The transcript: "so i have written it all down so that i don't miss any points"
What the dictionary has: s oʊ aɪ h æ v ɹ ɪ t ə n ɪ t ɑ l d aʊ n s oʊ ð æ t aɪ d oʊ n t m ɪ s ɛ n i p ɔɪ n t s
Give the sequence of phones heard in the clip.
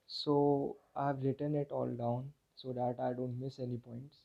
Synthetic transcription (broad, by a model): s oʊ aɪ v ɹ ɪ t ə n ɪ t ɑ l d aʊ n s oʊ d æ t aɪ d oʊ n t m ɪ s ɛ n i p ɔɪ n t s